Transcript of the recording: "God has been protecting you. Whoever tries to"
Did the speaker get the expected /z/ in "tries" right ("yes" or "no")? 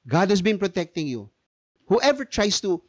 no